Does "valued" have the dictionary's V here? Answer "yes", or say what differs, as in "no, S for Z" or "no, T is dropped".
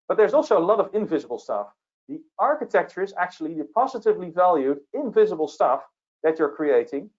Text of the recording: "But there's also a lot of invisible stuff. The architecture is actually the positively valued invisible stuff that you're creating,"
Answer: yes